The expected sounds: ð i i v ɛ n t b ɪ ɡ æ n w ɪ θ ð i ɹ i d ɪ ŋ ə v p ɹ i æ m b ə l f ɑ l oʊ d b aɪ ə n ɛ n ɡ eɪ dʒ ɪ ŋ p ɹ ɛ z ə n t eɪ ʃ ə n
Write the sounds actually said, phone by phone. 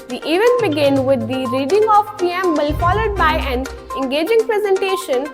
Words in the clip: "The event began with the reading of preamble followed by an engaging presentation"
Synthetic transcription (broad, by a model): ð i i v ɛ n b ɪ ɡ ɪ n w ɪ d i ɹ i d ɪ ŋ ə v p i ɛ m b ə l f ɑ l oʊ d b aɪ ə n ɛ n ɡ eɪ dʒ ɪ ŋ p ɹ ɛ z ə n t eɪ ʃ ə n